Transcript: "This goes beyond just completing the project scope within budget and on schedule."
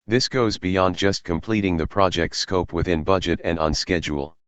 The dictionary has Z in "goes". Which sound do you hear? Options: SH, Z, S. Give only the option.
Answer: Z